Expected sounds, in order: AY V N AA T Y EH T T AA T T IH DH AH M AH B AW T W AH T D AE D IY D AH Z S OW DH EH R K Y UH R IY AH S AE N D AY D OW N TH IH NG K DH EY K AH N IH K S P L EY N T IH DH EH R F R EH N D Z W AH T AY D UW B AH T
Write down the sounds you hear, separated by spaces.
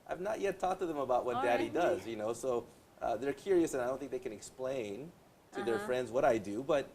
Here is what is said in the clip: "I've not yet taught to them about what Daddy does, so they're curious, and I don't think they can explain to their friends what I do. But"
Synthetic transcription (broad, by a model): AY V N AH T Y EH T T AA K T IH DH AH M AH B AW T W AH T D AE D IY D AH Z S OW DH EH R K Y UH R IY AH S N AY D OW N TH IH NG K DH EY K AH N IH K S P L EY N T IH DH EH R F R EH N D Z W AH T AY D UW B AH T